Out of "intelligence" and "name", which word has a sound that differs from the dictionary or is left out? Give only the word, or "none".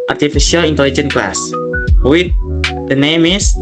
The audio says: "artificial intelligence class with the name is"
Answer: intelligence